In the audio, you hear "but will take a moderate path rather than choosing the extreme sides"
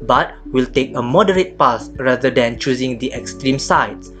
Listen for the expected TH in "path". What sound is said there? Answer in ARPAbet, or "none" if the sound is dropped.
S